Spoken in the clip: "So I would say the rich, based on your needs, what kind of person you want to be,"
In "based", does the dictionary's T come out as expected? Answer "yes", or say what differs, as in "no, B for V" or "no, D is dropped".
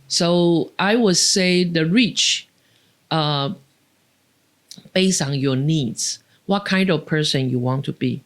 no, T is dropped